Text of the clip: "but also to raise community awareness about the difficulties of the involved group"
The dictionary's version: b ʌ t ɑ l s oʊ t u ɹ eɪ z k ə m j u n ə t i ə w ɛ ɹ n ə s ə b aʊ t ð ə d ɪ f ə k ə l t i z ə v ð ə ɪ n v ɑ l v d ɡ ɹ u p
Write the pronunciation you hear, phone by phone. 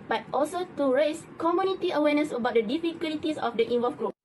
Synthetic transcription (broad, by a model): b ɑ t ɑ l s oʊ t u ɹ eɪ s k ə m j u n ə t i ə w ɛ n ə s ə b aʊ t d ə d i f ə k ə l t i s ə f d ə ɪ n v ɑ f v ɡ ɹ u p